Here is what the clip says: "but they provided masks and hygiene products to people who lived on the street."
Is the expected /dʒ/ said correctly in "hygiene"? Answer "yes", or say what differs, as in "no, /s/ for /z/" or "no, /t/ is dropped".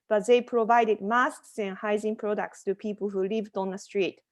no, /z/ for /dʒ/